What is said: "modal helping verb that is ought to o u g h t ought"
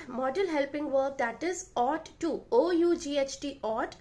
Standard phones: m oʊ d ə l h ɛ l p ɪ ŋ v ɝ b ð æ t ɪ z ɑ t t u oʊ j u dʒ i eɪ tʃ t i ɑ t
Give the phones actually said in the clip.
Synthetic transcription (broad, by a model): m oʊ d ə l h ɛ l p ɪ ŋ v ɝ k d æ t ɪ z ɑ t t u oʊ j u dʒ i eɪ tʃ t i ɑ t